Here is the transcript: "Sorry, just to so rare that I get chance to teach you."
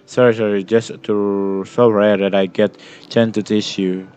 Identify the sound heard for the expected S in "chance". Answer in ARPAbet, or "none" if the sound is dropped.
none